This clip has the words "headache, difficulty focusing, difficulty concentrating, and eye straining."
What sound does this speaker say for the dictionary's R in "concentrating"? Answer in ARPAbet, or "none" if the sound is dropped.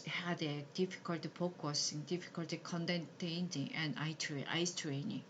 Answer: none